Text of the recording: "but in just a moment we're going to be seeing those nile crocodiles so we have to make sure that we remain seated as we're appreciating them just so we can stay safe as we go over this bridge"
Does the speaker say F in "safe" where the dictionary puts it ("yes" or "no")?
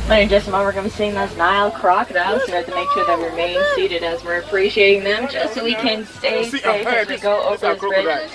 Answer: no